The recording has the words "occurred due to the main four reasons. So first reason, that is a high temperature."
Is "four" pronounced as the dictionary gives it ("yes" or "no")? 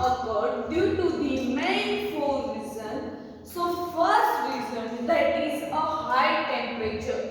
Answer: no